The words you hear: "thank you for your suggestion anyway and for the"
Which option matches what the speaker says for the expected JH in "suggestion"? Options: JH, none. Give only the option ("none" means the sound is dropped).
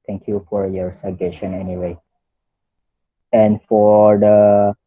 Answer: none